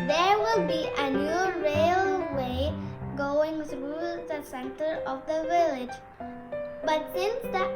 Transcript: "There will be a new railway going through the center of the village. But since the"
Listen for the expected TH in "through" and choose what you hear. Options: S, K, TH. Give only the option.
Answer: S